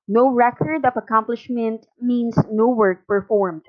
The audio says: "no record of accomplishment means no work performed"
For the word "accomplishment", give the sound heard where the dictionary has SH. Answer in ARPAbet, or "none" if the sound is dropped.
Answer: SH